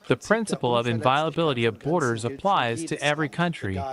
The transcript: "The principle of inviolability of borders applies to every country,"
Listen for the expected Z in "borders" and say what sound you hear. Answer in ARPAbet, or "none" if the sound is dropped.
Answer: Z